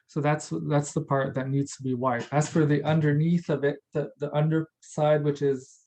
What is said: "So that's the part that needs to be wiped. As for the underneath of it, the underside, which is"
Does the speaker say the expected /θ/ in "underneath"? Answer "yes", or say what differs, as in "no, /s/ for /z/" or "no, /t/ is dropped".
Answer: yes